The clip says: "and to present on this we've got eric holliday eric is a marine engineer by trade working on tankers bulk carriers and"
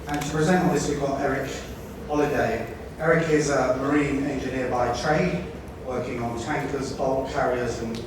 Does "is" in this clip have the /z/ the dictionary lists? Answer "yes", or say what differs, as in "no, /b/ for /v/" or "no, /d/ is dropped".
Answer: yes